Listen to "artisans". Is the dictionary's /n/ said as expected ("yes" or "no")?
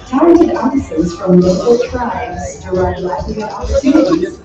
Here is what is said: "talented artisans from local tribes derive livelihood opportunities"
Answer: no